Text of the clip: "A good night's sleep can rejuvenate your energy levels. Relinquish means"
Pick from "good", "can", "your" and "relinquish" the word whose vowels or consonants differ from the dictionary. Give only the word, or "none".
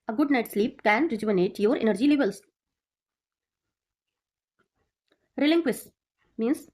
relinquish